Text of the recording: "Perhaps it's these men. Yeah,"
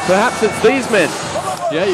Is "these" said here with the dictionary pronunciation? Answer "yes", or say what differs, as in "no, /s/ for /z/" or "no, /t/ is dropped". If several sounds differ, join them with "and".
yes